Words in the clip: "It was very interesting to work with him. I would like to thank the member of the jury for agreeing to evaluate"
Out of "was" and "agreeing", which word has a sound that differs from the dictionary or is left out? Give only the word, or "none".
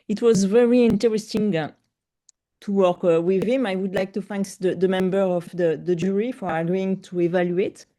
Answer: agreeing